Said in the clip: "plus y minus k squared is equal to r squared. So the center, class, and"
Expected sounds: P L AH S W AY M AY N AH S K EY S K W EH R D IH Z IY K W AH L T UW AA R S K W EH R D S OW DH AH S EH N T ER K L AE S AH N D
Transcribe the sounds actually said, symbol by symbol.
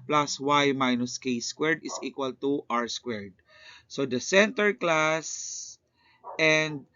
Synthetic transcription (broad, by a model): P L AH S W AY M AY N AH S K EY S K W EH R D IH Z IY K W AH L T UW AA R S K W EH R D S OW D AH S EH N T ER K L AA S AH N D